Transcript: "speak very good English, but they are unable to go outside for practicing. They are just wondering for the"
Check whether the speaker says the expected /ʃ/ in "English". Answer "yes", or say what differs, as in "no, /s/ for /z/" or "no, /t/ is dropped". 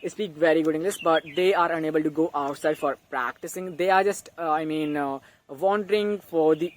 no, /s/ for /ʃ/